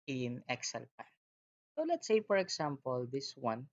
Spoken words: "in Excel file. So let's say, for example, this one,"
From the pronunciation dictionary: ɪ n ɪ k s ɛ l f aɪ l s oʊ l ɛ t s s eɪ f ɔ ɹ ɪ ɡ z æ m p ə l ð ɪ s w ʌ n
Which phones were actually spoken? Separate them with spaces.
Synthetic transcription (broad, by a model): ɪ n ɪ k s ɛ l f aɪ n s oʊ l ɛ t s s eɪ f ɔ ɹ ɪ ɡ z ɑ m p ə l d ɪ s w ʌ n